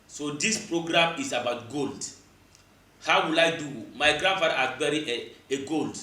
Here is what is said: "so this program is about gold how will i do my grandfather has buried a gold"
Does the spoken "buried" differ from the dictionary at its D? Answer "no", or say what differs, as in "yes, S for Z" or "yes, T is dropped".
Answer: yes, D is dropped